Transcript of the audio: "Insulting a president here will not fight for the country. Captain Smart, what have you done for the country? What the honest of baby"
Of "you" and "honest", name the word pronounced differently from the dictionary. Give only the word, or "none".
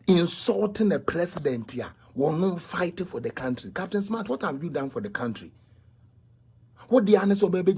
honest